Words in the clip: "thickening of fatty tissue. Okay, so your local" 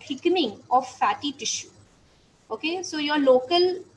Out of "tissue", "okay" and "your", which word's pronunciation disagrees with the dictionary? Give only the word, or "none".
none